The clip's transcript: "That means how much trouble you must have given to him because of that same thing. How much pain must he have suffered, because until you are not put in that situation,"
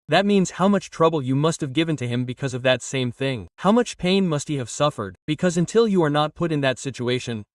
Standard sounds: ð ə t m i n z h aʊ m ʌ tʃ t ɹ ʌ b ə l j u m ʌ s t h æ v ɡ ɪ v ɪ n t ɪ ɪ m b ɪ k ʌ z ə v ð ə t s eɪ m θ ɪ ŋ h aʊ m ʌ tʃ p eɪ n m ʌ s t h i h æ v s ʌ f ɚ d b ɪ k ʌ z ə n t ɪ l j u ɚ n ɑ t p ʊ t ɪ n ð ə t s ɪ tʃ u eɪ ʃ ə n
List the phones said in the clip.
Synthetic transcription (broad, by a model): ð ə t m i n z h aʊ m ʌ tʃ t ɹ ʌ b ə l j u m ʌ s t h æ v ɡ ɪ v ɪ n t ɪ ɪ m b ɪ k ʌ z ə v ð ə t s eɪ m θ ɪ ŋ h aʊ m ʌ tʃ p eɪ n m ʌ s t h i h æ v s ʌ f ɚ d b ɪ k ʌ z ə n t ɪ l j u ɚ n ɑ t p ʊ t ɪ n ð ə t s ɪ tʃ u eɪ ʃ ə n